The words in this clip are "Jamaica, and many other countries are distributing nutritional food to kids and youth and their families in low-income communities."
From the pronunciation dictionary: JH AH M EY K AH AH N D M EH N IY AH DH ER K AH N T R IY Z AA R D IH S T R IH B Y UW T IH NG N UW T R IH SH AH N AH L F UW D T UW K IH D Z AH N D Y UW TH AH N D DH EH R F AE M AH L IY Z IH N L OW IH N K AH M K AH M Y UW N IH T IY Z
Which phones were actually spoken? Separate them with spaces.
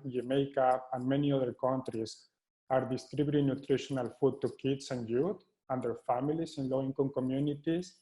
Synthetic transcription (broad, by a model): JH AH M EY K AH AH N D M EH N IY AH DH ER K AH N T R IY S AA R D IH S T R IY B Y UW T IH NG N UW T R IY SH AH N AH L F UW D T UW K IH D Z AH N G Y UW T AH N D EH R F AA M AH L IY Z IH N L OW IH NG K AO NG K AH M Y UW N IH T IY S